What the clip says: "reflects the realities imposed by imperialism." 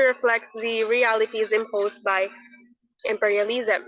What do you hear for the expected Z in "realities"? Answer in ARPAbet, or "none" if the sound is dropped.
Z